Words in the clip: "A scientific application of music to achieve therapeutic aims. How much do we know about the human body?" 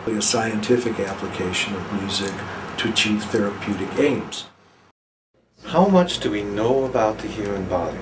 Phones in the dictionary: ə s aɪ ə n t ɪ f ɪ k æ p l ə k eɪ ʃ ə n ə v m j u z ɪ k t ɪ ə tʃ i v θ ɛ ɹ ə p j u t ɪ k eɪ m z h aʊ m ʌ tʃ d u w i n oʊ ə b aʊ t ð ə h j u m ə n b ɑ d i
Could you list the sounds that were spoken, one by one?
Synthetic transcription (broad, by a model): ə s aɪ ə n t ɪ f ɪ k æ p l ə k eɪ ʃ ə n ə v m j u z ɪ k t ɪ ə tʃ i v θ ɛ ɹ ə p j u t ɪ k eɪ m z h aʊ m ʌ tʃ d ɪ w i n oʊ ə b aʊ t ð ə h j u m ə n b ɑ d i